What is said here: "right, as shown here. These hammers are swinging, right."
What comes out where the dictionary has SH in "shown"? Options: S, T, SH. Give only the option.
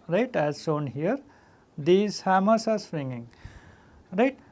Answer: S